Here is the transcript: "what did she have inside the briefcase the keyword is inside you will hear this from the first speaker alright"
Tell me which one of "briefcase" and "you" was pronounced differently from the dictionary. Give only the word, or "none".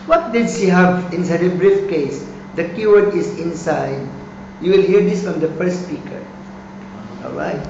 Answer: none